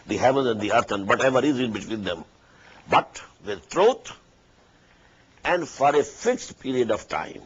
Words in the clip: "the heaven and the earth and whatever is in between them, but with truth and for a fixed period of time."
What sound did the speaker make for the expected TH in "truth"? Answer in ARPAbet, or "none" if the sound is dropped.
T